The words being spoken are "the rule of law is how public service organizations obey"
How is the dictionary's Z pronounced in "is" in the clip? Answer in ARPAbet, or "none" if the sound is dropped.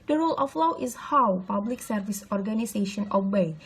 S